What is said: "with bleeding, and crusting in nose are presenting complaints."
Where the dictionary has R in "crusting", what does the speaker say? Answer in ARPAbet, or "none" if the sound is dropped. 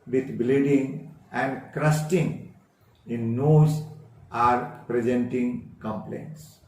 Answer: R